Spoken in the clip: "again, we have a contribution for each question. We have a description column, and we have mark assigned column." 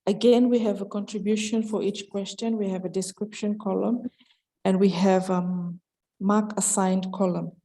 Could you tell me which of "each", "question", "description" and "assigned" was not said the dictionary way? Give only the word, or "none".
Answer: none